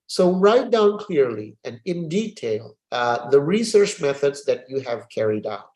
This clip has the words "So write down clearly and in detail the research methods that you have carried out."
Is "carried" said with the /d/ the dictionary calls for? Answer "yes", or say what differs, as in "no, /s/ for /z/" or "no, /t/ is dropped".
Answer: yes